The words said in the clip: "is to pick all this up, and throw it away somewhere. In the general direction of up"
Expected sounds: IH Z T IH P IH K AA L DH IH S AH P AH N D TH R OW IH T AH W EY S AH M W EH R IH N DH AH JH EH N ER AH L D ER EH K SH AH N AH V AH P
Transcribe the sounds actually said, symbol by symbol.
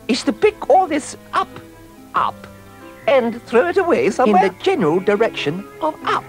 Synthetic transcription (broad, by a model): IH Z T IH P IH K AA L DH IH S AH P AH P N TH R OW IH T AH W EY S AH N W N DH AH JH EH N ER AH L D ER EH K SH AH N AH V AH P